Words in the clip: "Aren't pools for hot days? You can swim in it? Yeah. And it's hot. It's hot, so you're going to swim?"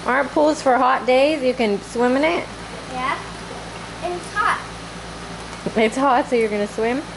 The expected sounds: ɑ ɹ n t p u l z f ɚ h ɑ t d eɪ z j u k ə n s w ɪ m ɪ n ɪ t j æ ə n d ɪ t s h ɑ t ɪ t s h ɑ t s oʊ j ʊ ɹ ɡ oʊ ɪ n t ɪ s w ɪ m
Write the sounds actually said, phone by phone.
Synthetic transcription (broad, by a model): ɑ ɹ n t p u l z f ɚ h ɑ t d eɪ z j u k ə n s w ɪ m ɪ n ɪ t j æ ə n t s h ɑ t ɪ t s h ɑ t s oʊ j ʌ ɹ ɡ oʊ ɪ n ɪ s w ɪ m